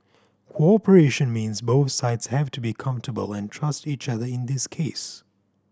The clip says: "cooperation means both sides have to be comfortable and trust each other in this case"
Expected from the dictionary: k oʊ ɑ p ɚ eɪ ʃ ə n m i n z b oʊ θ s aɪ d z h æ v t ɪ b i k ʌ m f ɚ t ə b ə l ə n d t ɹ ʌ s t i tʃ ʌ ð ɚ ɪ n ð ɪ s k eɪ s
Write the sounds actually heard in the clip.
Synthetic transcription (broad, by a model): k oʊ ɑ p ɚ eɪ ʃ ə n m i n z b oʊ θ s aɪ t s h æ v t ɪ b i k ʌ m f t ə b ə l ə n t ɹ ʌ s t i tʃ ʌ ð ɚ ɪ n ð ɪ s k eɪ s